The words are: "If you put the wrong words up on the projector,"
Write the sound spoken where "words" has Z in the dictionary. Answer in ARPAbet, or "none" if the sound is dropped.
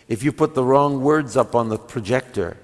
Z